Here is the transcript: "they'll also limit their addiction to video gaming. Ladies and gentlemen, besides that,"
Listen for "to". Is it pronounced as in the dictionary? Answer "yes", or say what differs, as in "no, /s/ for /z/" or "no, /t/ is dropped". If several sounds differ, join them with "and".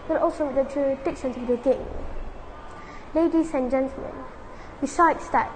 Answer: no, /s/ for /t/